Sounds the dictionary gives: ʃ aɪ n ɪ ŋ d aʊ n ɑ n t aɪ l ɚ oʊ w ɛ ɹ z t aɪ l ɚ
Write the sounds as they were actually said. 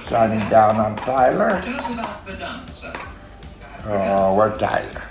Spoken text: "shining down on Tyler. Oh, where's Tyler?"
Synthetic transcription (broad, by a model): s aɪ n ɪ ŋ d aʊ n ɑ n t aɪ l ɚ oʊ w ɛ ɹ t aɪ l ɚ